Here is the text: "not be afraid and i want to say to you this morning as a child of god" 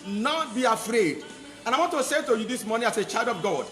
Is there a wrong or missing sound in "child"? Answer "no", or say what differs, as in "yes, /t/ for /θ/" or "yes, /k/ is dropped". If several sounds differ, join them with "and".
no